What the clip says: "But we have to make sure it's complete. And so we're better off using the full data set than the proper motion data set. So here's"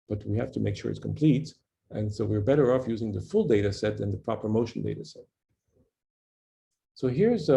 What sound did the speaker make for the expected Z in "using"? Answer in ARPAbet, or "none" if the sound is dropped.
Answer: Z